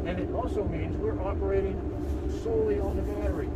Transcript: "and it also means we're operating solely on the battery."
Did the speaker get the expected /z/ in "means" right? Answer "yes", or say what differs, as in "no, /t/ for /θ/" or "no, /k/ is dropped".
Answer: yes